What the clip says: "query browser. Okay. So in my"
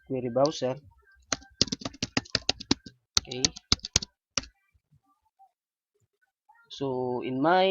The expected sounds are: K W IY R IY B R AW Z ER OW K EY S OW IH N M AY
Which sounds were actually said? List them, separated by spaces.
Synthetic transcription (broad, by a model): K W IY R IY B AW S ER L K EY S OW IH N M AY